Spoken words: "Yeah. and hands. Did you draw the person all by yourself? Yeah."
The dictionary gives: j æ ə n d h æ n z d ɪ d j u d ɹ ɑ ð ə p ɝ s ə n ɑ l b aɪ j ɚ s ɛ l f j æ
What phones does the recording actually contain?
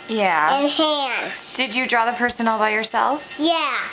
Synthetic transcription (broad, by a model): j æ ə n h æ n s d ɪ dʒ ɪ d ɹ ɑ ð ə p ɝ s ə n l b aɪ j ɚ s ɛ l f j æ